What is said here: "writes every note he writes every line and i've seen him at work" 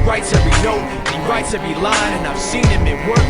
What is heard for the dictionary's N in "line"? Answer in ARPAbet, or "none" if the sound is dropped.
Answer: none